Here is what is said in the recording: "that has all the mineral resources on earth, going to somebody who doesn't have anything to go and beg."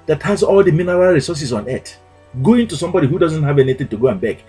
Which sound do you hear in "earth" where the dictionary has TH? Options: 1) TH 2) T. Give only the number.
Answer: 2